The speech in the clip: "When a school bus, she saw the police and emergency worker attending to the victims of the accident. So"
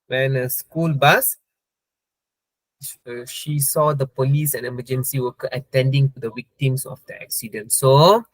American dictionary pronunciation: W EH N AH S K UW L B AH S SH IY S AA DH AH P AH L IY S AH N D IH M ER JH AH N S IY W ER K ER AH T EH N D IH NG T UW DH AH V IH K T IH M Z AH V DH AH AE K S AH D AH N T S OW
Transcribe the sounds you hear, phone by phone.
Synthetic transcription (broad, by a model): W EH N AH S K UW L B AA S SH IY S AA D AH P AH L IY S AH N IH M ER JH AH N S IY W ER K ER AH T EH N D IH NG T UW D AH W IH K T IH M S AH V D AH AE K S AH D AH N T S OW